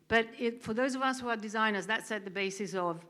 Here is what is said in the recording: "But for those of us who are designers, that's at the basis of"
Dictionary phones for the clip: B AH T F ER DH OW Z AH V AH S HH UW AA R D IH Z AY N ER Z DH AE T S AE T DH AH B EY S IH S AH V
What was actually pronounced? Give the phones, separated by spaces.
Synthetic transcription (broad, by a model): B AH T F ER DH OW Z AH V AH S HH UW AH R D IH Z AY N ER Z DH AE T S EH T DH AH B EY S IH S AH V